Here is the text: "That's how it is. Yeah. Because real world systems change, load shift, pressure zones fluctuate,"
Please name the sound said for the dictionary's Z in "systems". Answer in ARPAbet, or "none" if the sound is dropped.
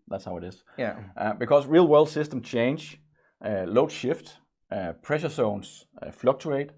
none